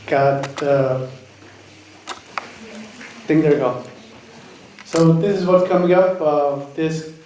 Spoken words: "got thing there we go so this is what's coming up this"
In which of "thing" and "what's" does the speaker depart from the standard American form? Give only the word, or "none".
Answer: thing